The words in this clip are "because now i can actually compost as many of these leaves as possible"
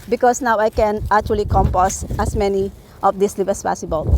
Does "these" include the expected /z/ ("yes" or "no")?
no